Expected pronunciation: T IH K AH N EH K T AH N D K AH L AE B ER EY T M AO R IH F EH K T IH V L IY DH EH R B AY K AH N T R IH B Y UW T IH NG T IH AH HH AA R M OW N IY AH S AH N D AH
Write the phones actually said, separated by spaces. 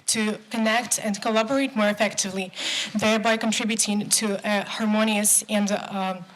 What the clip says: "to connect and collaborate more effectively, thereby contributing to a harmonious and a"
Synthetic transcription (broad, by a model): T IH K AH N EH K T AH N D K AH L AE B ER EY T M AO R IH F EH K T IH V L IY DH EH R B AY K AH N T R IH B Y UW T IH NG T IH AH HH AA R M OW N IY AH S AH N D